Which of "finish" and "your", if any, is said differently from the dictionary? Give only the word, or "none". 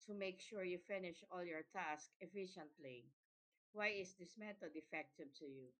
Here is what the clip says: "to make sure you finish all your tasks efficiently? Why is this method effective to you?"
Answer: none